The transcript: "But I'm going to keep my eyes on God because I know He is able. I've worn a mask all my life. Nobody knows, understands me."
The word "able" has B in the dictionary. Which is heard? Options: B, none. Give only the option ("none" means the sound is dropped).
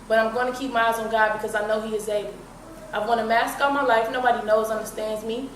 none